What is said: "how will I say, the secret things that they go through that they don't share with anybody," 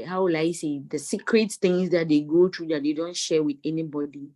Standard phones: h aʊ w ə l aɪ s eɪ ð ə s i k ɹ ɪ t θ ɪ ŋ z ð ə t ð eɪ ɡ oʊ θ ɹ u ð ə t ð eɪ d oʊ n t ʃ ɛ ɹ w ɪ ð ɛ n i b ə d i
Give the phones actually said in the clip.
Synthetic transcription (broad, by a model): h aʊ w ə l aɪ s eɪ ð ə s i k ɹ ɪ t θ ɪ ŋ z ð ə t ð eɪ ɡ oʊ t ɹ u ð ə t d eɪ d oʊ n t ʃ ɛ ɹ w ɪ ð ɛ n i b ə d i